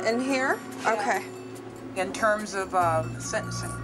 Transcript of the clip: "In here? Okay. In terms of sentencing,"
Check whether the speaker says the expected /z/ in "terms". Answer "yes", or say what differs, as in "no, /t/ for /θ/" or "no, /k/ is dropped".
yes